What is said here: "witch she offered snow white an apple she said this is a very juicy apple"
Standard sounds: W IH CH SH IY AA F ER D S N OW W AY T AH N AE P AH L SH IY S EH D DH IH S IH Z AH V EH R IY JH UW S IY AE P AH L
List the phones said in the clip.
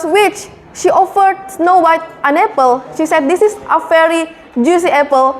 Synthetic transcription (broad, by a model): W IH CH SH IY AA F ER D S N OW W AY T AH N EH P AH L SH IY S EH D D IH S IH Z AH F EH R IY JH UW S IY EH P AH L